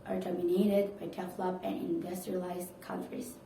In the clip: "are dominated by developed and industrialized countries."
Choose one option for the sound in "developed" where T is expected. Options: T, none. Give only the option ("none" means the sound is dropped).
none